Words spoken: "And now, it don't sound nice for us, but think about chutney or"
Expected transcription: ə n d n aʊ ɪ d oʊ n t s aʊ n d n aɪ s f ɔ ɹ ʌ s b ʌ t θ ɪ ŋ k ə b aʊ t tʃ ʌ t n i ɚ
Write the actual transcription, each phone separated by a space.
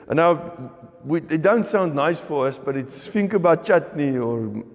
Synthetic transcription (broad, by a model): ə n n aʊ ɪ d oʊ n t s aʊ n d n aɪ s f ɔ ɹ ʌ s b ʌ t f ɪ ŋ k ə b aʊ t tʃ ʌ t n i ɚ